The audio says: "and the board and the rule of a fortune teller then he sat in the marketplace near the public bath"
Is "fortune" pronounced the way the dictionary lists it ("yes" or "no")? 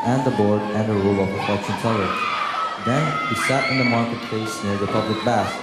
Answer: no